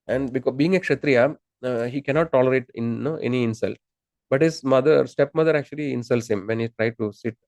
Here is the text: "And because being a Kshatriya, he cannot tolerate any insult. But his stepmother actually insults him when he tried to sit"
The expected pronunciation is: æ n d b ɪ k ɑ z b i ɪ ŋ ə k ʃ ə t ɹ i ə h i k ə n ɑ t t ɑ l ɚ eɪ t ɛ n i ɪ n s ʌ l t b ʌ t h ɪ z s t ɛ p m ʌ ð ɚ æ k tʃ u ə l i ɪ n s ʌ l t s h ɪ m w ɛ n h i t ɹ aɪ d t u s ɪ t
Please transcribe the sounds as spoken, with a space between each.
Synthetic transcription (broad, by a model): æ n d b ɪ k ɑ b i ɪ ŋ ə k ʃ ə t ɹ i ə h i k ə n ɑ t t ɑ l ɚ eɪ t ɛ n i ɪ n s ʌ l t b ʌ t h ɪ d s t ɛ p m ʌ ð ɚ æ k tʃ u ə l i ɪ n s ʌ l t s h ɪ m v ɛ n h i t ɹ aɪ d t u s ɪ t